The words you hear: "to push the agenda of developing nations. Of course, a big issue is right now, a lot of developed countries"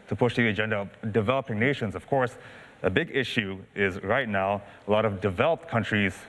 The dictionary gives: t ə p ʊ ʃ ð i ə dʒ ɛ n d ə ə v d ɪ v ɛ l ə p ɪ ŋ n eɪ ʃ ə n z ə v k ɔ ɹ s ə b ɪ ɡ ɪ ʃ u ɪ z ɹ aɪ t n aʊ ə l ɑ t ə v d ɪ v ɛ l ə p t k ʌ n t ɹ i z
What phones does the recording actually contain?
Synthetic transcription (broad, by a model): t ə p ʊ ʃ ð i ə dʒ ɛ n d ə ə v d ɪ v ɛ l ə p ɪ ŋ n eɪ ʃ ə n z ə v k ɔ ɹ s ə b ɪ ɡ ɪ ʃ u ɪ z ɹ aɪ t n aʊ ə l ɑ t ə v d ɪ v ɛ l ə p t k ʌ n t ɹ i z